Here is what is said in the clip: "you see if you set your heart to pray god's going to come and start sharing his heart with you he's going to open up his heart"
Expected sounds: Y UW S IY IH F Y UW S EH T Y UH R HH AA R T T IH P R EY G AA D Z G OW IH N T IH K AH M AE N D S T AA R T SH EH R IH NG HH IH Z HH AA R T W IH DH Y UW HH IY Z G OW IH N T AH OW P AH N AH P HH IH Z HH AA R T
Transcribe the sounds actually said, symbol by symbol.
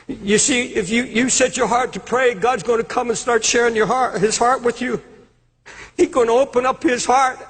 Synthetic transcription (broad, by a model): Y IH S IY IH F Y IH S EH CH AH R HH AA R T T IH P R EY G AA D Z G OW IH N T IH K AH M N S T AA R T SH EH R IH NG HH IH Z HH AA R T W IH DH Y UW HH IY Z G OW IH N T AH OW P AH N AH P HH IH Z HH AA R T